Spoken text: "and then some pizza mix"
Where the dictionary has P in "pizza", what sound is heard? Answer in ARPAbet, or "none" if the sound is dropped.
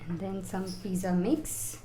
F